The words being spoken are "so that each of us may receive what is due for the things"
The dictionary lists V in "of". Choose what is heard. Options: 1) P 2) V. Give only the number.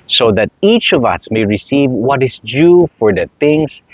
2